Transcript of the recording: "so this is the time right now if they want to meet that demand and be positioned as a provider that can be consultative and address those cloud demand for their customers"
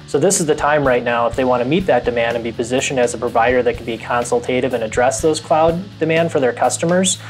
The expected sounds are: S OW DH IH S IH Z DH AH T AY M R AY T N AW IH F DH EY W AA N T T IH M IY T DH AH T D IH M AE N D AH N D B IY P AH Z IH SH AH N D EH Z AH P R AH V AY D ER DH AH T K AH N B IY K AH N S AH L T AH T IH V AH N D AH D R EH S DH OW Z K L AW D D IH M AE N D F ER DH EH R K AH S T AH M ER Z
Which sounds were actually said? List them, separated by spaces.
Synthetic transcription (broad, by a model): S OW DH IH S IH Z DH AH T AY M R AY T N AW IH F DH EY W AA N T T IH M IY T DH AH T D IH M AE N D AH N B IY P AH Z IH SH AH N D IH Z AH P R AH V AY D ER DH AH T K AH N B IY K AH N S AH L T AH T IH V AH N AH D R EH S DH OW Z K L AW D D IH M AE N D F ER DH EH R K AH S T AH M ER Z